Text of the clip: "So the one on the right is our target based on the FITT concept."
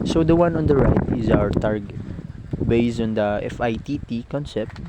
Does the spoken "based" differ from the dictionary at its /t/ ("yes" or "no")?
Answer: yes